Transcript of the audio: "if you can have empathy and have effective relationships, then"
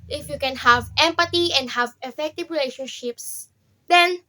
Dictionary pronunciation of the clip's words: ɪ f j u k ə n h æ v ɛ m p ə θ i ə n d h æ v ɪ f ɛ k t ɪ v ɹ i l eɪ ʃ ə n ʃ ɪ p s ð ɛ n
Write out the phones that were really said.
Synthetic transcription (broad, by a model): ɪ f j u k ə n h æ v ɛ m p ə t i ə n d h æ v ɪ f ɛ k t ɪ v ɹ i l eɪ ʃ ə n ʃ ɪ p s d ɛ n